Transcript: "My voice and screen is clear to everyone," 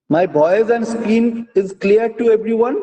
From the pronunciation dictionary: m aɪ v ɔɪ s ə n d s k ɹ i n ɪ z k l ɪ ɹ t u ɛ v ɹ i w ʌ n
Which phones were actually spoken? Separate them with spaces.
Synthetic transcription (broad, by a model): m aɪ b ɔɪ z ə n d s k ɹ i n ɪ z k l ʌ ɹ t u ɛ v ɹ i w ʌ n